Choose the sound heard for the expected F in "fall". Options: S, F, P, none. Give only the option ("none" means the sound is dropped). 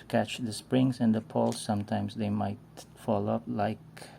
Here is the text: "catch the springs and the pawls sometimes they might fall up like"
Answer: F